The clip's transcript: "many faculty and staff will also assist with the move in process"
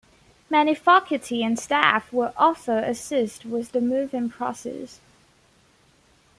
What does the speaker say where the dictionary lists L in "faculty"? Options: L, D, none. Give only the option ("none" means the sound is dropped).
none